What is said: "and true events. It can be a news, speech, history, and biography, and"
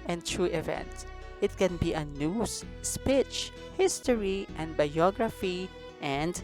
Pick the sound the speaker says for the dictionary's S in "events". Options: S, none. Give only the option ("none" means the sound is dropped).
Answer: none